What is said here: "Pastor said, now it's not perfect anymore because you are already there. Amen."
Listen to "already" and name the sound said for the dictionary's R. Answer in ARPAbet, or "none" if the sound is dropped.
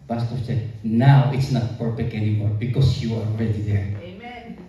R